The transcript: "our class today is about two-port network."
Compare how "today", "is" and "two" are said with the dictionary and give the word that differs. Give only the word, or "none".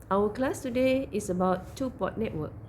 is